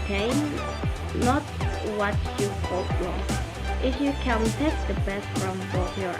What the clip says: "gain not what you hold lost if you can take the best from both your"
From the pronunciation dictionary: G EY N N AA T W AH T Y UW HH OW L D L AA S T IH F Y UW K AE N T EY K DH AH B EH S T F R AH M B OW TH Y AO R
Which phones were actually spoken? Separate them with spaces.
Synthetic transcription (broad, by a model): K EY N N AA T W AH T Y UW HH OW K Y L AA T IH F Y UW K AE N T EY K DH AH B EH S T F R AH M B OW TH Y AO R